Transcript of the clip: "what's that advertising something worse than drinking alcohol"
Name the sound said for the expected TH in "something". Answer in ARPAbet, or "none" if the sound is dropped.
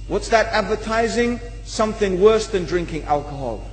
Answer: TH